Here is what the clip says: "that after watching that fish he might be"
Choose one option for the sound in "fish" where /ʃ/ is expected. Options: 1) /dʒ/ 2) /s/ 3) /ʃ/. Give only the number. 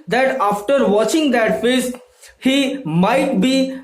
2